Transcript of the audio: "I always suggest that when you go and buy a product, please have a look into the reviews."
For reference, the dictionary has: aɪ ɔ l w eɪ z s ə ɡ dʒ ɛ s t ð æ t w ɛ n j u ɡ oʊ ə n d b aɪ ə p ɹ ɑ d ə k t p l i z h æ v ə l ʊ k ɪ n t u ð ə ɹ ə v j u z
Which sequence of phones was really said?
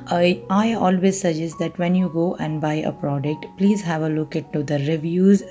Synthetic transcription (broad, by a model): aɪ ɔ l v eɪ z s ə dʒ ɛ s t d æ t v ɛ n j u ɡ oʊ ə n d b aɪ ə p ɹ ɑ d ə k t p l i z h æ v ə l ʊ k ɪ t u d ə ɹ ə v j u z